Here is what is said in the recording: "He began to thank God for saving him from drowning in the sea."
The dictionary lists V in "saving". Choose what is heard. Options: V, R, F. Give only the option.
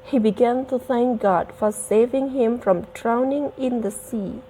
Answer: V